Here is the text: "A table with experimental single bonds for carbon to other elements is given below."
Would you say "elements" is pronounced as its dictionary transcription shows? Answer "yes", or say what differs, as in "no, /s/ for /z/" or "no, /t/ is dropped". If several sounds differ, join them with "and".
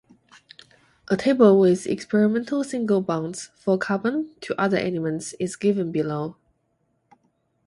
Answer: no, /n/ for /l/